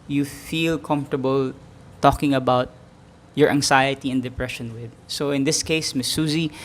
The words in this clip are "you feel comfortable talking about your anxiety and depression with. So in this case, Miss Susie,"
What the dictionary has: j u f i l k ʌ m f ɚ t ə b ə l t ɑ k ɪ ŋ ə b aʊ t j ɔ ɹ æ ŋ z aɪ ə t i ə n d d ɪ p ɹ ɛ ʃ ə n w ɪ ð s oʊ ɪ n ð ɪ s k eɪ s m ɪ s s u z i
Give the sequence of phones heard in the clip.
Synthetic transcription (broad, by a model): j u f i l k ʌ m f t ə b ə l t ɑ k ɪ ŋ ə b aʊ t j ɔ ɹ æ ŋ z aɪ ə t i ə n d d ɪ p ɹ ɛ ʃ ə n w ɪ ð s oʊ ɪ n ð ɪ s k eɪ s m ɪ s s u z i